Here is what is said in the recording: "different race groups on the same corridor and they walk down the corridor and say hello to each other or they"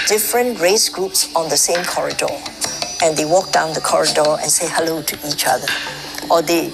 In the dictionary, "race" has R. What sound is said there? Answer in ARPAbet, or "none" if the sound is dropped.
R